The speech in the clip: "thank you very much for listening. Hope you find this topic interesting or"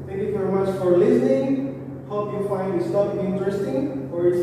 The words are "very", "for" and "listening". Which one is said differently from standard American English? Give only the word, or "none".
none